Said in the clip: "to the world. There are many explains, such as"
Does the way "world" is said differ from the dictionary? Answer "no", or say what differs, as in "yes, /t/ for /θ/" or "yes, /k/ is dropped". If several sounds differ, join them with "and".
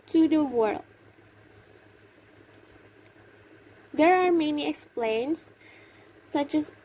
no